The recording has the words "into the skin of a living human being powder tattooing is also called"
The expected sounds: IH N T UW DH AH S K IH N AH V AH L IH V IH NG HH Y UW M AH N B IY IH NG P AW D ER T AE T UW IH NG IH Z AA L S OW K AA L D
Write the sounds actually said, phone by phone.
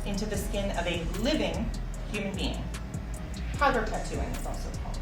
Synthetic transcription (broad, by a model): IH N T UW DH AH S K IH N AH V AH L IH V IH NG HH Y UW M AH N B IY IH NG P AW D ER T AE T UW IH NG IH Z AA L S OW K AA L